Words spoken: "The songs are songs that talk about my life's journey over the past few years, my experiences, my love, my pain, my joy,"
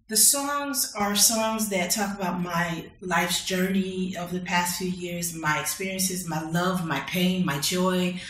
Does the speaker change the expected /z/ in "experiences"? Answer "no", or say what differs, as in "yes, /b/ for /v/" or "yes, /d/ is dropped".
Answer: no